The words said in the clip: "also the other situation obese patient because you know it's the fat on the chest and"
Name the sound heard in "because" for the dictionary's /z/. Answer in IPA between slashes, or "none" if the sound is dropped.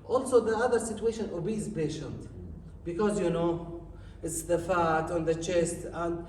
/z/